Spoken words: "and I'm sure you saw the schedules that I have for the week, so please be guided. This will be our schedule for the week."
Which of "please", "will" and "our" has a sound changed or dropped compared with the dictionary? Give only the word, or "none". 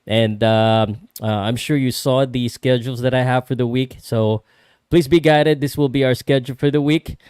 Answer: none